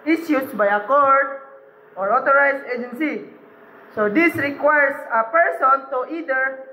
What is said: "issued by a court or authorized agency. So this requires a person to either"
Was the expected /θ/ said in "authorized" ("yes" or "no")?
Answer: no